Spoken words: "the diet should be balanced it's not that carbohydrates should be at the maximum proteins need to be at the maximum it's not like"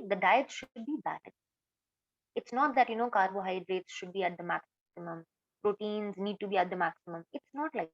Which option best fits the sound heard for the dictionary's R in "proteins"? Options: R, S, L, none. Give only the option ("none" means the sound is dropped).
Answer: R